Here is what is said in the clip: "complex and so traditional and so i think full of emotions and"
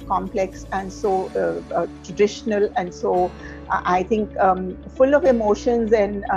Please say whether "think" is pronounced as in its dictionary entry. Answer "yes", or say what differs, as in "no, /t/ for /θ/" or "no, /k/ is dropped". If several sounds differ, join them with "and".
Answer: no, /t/ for /θ/